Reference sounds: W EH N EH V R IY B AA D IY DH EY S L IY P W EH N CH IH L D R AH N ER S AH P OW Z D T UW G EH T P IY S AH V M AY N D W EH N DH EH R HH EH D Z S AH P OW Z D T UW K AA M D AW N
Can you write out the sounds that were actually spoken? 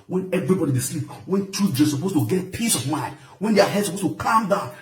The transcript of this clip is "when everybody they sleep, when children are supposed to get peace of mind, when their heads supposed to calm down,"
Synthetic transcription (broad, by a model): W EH N EH V R IY B AA D IY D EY S L IY P W EH N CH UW D AH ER S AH P OW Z T UW G EH T P IY S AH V M AY N D W EH N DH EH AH HH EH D S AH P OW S T UW K AA M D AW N